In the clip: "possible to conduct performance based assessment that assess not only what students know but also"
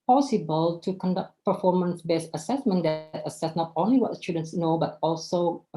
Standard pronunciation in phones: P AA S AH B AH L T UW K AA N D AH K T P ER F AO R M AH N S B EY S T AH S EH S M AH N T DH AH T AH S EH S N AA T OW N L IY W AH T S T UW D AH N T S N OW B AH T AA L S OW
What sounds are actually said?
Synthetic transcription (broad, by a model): P AA S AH B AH L T UW K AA N D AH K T P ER F AO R M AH N S B EY S AH S EH S M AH N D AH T AH S EH S N AA T OW N L IY W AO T S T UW D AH N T S N OW B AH T AA L S OW